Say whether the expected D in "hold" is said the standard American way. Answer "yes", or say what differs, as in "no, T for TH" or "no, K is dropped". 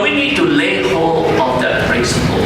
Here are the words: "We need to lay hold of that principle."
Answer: no, D is dropped